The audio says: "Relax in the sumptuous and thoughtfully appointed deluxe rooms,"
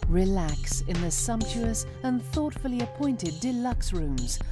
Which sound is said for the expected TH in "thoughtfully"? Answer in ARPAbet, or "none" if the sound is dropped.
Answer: TH